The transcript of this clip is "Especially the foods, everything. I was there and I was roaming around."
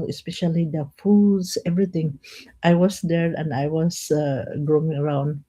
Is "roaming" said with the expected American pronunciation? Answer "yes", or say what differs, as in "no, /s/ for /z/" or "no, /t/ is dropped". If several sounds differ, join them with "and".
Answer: no, /m/ is dropped